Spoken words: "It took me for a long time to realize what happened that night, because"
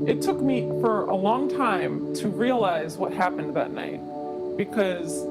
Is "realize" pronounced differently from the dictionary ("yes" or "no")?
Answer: no